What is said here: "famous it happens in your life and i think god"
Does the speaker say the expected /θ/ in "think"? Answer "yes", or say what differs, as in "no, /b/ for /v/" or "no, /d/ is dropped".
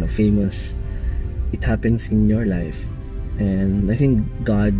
yes